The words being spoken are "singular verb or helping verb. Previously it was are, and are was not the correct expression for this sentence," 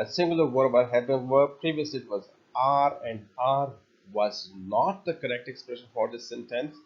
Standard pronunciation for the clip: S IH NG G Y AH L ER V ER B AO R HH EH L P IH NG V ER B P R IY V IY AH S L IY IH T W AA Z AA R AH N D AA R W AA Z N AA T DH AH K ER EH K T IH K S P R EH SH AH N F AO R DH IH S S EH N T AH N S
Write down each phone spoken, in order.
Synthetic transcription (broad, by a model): S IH NG G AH L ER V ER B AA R HH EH P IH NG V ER P R IY V IY AH S L IY IH T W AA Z AA R AH N D AA R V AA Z N AA T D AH K ER EH K T IH K S P R EH SH AH N F AO R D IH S S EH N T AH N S